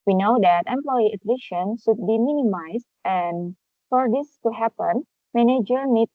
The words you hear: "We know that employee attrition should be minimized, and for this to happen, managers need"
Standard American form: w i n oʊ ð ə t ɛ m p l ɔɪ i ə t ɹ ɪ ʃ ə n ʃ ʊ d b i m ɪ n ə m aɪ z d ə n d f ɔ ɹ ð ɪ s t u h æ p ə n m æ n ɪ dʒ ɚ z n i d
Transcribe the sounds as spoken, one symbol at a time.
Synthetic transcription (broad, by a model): w i n oʊ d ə t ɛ m p l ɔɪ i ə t l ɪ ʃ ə n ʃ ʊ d b i m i n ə m aɪ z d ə n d f ɔ ɹ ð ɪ s t u h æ p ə n m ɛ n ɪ dʒ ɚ n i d